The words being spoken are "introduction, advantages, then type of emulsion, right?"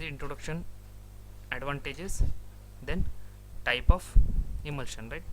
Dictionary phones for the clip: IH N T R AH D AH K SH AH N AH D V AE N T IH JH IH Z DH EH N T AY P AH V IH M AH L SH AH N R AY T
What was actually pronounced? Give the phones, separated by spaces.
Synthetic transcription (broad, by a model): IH N T R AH D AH K SH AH N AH D V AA N T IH JH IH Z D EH N T AY P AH F IH M AH L SH AH N R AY T